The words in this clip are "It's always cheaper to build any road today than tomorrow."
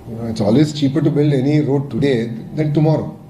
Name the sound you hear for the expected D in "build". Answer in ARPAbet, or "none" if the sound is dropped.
D